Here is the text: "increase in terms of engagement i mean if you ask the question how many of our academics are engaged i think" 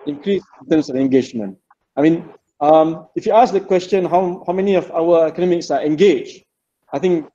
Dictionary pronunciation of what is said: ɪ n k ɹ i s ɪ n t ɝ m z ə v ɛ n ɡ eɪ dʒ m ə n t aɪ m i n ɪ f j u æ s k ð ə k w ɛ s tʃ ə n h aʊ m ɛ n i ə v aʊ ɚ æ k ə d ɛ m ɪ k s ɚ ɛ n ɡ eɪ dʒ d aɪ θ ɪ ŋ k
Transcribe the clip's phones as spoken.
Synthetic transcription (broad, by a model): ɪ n k ɹ i s ɪ n t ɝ m s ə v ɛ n ɡ eɪ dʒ m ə n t aɪ m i n ɪ f j u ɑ s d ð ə k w ɛ s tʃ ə n h aʊ m ɛ n i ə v aʊ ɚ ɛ k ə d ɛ m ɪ k s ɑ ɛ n ɡ eɪ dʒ aɪ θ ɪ ŋ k